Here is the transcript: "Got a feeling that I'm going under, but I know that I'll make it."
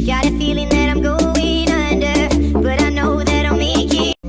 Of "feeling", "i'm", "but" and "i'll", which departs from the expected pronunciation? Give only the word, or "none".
i'll